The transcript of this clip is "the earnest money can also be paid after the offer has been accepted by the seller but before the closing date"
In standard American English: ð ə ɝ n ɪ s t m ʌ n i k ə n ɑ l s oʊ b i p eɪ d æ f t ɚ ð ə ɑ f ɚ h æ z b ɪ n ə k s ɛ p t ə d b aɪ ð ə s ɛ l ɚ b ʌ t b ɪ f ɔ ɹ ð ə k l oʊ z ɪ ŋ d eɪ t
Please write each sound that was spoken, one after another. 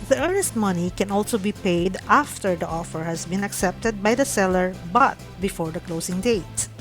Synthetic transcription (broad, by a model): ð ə ɝ n ɪ s t m ʌ n i k ə n ɑ l s oʊ b i p eɪ d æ f t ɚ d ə ɑ f ɚ h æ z b ɪ n ə k s ɛ p t ə d b aɪ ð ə s ɛ l ɚ b ʌ t b ɪ f ɔ ɹ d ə k l oʊ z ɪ ŋ d eɪ t